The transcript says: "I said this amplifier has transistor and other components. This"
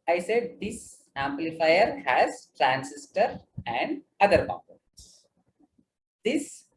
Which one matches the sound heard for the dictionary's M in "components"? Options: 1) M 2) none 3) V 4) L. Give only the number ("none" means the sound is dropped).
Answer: 2